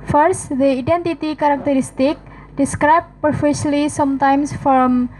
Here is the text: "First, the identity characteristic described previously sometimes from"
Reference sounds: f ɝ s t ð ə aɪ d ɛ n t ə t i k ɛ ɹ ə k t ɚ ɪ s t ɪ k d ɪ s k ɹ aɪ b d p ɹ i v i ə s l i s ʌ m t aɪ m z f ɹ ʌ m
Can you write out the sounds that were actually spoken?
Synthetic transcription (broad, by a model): f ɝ s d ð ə aɪ d ɛ n t ə t i k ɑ ɹ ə k t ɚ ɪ s t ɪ k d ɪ s k ɹ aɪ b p ʌ f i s l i s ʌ m t aɪ m s f ɹ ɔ m